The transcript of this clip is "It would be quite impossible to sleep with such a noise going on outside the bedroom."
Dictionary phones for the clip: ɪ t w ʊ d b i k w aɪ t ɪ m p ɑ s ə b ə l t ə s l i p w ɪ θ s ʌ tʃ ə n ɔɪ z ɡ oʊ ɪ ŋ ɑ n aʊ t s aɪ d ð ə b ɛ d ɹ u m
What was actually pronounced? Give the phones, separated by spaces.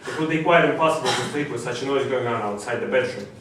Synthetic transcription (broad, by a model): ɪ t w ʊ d b i k w aɪ t ɪ m p ɑ s ə b ə l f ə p i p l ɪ s ʌ tʃ ə n ɔɪ z ɡ oʊ ɪ ŋ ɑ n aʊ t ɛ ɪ ð ə b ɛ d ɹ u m